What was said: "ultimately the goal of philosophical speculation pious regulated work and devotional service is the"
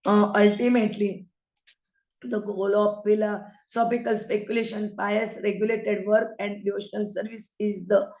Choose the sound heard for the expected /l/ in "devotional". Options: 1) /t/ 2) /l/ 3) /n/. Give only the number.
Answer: 2